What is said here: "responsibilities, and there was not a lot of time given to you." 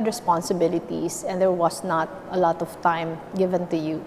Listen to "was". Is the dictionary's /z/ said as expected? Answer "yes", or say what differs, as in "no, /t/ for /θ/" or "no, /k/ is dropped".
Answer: no, /s/ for /z/